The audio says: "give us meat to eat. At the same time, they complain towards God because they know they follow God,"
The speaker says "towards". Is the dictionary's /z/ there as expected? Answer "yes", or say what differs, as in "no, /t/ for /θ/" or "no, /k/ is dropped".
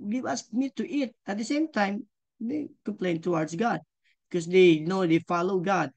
no, /s/ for /z/